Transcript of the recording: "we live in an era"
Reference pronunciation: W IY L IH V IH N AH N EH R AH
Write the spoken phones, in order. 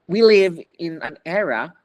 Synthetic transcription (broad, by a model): W IY L IH V IH N AH N EH R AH